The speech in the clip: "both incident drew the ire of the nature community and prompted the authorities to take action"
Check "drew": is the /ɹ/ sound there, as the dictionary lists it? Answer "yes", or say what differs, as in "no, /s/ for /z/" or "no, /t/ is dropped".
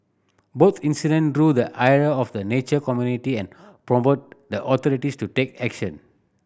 yes